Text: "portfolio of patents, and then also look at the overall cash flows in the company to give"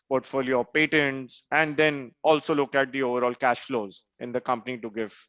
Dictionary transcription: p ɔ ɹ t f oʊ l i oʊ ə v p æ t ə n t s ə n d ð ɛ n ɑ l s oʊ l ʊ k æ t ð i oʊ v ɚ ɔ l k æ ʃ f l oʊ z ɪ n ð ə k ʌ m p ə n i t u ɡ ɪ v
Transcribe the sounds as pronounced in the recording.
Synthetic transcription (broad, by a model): p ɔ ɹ t f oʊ l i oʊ p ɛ t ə n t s ə n d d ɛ n ɑ l s oʊ l ʊ k æ t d i oʊ v ɚ ɔ l k æ ʃ f l oʊ z ɪ n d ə k ʌ m p ə n i t u ɡ ɪ v